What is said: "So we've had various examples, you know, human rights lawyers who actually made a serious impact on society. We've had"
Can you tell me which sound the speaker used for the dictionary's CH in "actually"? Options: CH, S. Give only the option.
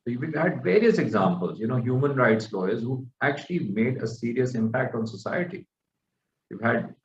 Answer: CH